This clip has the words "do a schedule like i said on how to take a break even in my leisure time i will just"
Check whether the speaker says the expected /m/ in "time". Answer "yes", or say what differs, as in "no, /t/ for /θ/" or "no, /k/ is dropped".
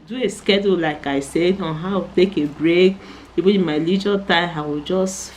no, /m/ is dropped